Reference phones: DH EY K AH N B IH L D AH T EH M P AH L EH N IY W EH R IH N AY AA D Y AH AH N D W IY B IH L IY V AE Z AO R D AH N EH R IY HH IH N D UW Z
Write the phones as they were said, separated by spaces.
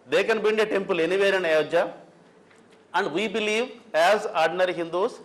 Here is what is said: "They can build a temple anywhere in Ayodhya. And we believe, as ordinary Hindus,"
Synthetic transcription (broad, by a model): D EY K AH N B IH N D AH T EH M P AH L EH N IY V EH R IH N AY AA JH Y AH AH N D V IY B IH L IY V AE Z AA R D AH N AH R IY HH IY N D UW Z